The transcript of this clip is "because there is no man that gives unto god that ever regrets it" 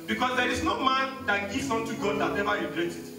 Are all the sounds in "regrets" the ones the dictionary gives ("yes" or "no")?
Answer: no